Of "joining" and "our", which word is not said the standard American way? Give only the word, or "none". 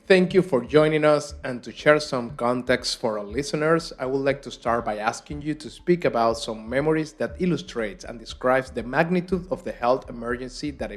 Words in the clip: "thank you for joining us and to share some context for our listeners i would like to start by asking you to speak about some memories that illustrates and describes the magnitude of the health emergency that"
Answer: none